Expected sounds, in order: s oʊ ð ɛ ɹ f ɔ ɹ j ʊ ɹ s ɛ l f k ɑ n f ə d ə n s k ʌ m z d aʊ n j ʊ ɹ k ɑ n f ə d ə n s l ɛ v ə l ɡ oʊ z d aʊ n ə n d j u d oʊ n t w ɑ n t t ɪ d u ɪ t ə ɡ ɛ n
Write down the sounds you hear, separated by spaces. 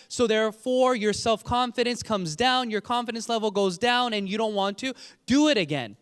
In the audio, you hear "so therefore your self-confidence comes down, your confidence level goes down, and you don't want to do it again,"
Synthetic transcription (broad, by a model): s oʊ ð ɛ ɹ f ɔ ɹ j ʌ ɹ s ɛ l f k ɑ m f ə d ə n s k ʌ m z d aʊ n j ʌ ɹ k ɑ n f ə d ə n s l ɛ v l ɡ oʊ z d aʊ n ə n j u d oʊ n t w ɑ n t t ɪ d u ɪ t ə ɡ ɛ n